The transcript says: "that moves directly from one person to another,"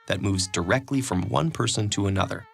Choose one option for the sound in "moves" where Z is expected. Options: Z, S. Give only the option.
Z